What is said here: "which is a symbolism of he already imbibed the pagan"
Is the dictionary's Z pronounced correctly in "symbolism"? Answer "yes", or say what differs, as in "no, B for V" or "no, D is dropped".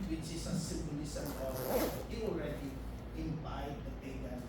no, S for Z